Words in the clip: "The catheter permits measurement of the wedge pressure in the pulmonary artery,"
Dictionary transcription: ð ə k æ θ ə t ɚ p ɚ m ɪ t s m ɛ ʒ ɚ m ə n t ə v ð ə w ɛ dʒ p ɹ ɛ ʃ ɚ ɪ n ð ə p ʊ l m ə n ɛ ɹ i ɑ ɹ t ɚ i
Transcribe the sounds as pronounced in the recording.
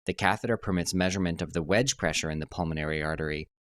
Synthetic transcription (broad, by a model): ð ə k æ θ ə t ɚ p ɚ m ɪ t s m ɛ ʒ ɚ m ə n t ə v ð ə w ɛ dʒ p ɹ ɛ ʃ ɚ ɪ n ð ə p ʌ l m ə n ɛ ɹ i ɑ ɹ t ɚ i